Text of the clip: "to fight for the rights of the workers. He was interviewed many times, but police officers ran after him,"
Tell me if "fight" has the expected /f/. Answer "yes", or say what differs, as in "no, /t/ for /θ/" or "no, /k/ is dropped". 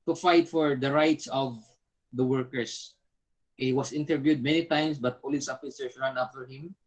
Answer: yes